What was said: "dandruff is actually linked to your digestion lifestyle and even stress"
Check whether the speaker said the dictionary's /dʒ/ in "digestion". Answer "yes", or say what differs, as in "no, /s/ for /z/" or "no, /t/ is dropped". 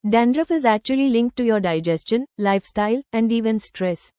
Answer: yes